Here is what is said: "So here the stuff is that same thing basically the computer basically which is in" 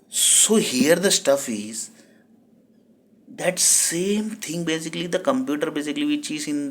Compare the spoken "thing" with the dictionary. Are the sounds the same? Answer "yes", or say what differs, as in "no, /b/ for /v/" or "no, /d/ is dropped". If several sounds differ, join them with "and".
no, /t/ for /θ/